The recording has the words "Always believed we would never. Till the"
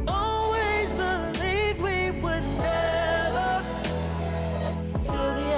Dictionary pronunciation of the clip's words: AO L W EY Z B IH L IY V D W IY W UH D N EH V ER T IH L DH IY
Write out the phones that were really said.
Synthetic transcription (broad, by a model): AO L W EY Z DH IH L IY D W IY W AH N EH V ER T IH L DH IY